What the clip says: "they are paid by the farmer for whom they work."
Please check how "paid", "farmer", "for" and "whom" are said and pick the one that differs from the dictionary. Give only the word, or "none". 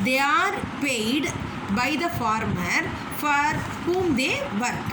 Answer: none